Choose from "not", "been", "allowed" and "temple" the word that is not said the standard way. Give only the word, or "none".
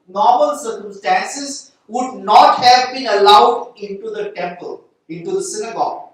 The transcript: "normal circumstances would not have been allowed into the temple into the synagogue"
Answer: none